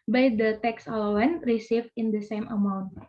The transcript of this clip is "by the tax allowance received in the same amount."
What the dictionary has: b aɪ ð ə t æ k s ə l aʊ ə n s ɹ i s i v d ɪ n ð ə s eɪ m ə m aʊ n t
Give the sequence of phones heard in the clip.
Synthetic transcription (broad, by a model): b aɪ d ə t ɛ k s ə l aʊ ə n ɹ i s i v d ɪ n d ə s eɪ m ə m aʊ n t